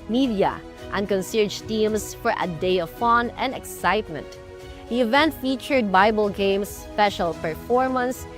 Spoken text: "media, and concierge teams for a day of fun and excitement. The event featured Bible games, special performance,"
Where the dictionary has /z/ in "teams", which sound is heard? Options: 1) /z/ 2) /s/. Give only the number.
2